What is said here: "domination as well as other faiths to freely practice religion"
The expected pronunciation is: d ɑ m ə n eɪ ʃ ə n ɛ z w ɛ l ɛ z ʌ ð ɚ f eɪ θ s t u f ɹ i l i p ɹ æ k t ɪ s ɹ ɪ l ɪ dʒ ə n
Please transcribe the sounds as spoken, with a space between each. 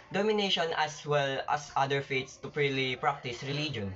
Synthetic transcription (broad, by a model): d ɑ m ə n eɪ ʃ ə n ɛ s w ɛ l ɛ s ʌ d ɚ f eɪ t s t u p ɹ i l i p ɹ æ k t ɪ s ɹ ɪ l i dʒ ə n